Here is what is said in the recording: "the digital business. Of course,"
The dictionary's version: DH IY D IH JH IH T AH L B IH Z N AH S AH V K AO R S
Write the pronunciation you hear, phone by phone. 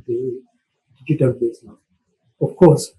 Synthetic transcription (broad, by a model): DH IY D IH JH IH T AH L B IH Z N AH AH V K AO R S